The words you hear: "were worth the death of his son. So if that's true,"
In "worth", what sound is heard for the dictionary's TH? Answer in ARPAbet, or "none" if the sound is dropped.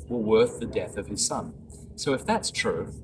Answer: TH